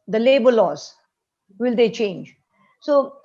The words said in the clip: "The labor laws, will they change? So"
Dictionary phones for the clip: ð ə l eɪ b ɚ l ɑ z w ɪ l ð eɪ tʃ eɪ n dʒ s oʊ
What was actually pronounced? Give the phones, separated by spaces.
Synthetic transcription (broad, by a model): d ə l eɪ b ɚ l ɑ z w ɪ l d eɪ tʃ eɪ n dʒ s oʊ